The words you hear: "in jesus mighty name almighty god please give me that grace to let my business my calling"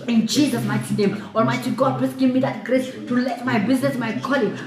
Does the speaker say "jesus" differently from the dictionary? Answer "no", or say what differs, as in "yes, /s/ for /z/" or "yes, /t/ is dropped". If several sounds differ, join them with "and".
yes, /tʃ/ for /dʒ/